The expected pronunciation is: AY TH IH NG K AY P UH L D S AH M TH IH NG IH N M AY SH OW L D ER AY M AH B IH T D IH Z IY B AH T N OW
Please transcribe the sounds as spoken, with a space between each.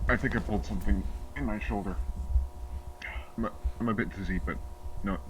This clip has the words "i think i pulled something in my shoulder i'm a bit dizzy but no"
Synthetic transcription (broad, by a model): AY TH IH NG K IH P UH L D S AH M TH IH NG IH N M AY SH OW L D ER AY M AH B IH T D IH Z IY B AH T N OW